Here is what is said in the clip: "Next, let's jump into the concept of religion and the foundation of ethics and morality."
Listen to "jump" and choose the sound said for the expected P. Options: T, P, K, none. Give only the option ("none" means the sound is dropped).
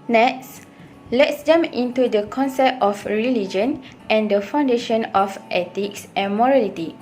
none